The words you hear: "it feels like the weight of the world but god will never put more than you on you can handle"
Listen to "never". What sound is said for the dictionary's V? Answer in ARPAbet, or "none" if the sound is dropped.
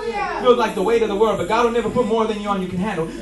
V